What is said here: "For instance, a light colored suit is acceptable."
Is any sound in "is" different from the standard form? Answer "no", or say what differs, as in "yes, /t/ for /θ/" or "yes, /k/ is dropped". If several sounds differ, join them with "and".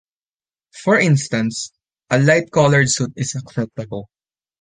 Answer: yes, /s/ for /z/